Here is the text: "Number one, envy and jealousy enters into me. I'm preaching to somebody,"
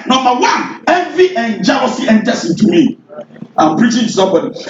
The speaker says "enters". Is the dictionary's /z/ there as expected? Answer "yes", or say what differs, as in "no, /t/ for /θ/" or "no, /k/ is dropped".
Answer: no, /s/ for /z/